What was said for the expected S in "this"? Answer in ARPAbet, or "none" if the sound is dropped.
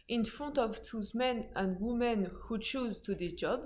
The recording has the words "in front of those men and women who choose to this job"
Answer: none